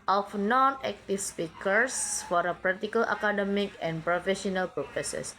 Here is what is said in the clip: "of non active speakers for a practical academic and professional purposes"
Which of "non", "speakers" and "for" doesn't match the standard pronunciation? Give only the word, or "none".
speakers